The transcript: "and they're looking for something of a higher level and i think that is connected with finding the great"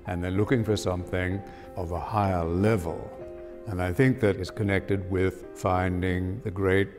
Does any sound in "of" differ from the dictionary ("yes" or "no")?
no